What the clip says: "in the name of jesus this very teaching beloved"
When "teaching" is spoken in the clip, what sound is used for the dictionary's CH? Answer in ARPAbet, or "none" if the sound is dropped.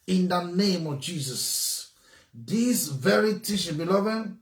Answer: SH